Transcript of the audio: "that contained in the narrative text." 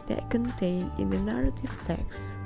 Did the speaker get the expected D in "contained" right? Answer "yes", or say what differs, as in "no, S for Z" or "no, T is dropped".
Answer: no, D is dropped